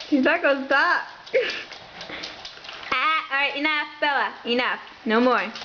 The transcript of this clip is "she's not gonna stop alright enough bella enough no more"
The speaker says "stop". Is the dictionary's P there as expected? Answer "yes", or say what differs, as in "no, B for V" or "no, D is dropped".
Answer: no, P is dropped